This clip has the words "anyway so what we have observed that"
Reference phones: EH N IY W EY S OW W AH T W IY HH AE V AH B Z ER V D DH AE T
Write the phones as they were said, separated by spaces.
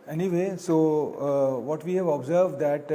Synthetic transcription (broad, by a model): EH N IY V EY S OW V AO T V IY HH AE V AH B Z ER V D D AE T